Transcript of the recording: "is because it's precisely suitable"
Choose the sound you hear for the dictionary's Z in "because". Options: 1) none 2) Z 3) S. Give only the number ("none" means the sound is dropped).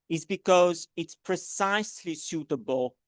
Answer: 2